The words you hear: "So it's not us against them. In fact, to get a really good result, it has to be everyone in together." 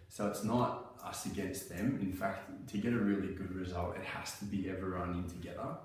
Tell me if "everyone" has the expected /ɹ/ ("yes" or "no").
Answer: no